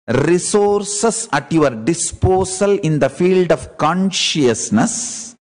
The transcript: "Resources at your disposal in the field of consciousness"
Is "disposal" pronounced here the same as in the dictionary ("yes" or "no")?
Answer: no